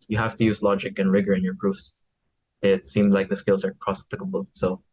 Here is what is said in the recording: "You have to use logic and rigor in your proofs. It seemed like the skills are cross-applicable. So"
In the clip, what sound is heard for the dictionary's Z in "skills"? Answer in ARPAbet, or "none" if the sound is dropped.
Z